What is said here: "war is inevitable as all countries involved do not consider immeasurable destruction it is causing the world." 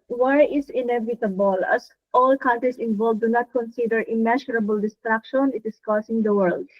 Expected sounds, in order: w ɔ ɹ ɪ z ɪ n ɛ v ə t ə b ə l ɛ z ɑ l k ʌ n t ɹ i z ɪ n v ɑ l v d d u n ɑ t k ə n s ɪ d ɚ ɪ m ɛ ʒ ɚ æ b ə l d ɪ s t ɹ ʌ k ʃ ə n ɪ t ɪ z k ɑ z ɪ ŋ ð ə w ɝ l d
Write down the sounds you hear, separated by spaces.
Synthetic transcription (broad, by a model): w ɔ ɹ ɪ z ɪ n ɛ v ə t ə b ə l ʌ s ɑ l k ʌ n t ɹ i s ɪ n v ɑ l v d d u n ɑ t k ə n s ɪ d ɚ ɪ m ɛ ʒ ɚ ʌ b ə l d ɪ s t ɹ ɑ k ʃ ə n ɪ t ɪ s k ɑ s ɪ ŋ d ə w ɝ l d